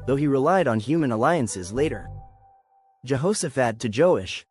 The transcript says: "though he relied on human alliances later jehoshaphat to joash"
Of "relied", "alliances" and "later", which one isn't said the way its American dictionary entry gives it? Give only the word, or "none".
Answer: none